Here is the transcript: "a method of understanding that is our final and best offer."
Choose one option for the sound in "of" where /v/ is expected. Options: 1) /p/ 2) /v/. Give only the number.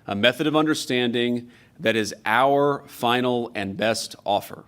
2